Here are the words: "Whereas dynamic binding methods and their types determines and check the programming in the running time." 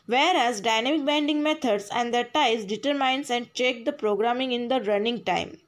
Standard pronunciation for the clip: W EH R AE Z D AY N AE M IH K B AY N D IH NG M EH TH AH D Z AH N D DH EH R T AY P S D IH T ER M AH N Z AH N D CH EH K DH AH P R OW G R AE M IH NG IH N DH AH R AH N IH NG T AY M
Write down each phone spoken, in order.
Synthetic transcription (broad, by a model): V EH R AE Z D AY N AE M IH K B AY N D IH NG M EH T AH D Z AH N D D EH R T AY S D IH T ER M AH N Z AH N D CH EH K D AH P R OW G R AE M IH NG IH N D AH R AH N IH NG T AY M